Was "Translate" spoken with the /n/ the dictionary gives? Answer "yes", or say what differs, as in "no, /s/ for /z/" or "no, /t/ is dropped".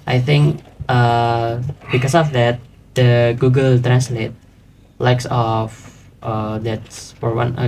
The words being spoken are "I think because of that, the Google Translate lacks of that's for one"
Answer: yes